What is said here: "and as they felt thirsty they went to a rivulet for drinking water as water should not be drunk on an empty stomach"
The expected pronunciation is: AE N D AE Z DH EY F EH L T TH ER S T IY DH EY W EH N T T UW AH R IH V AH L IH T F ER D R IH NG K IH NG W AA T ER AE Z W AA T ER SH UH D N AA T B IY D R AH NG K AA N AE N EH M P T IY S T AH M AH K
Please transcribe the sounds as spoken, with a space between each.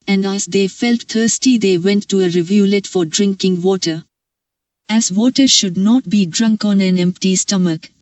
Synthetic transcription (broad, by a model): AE N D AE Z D EY F EH L T T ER S T IY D EY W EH N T T UW AH R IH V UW L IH T F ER D R IH NG K IH NG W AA T ER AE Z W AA T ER SH UH D N AA T B IY D R AH NG K AA N AE N EH M P T IY S T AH M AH K